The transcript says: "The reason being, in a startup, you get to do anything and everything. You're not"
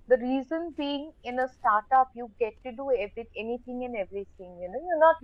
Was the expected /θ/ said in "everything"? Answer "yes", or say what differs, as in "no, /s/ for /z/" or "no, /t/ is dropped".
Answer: no, /t/ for /θ/